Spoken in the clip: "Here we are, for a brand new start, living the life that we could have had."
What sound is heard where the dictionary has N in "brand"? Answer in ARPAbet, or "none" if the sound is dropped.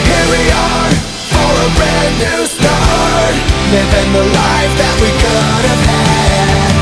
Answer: none